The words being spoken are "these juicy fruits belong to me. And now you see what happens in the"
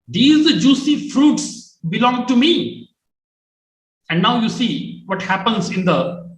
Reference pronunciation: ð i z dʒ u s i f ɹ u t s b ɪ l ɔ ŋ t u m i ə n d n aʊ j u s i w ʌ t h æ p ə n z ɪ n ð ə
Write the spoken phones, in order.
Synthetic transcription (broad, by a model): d i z dʒ u s i f ɹ u t s b ɪ l ɔ ŋ t u m i ə n d n aʊ j u s i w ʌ t h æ p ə n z ɪ n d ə